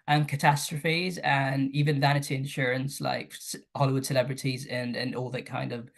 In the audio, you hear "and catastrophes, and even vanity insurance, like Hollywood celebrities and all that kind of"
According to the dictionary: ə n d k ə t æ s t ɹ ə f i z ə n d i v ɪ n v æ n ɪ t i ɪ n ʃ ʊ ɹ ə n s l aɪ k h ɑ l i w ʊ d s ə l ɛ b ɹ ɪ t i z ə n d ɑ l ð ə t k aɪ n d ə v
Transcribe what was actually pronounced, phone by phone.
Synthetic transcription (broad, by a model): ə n k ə t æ s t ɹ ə f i z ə n i v ɪ n v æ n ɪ t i ɪ n ʃ ʊ ɹ ə n s l aɪ k h ɑ l i w ʊ d s ə l ɛ b ɹ ɪ t i z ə n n ɑ l ð ə t k aɪ n d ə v